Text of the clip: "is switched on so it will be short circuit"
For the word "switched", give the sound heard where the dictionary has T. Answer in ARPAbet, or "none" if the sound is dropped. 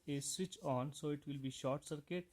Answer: none